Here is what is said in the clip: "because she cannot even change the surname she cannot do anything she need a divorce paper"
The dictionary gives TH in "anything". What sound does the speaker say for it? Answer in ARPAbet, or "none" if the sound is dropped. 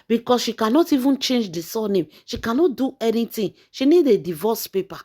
T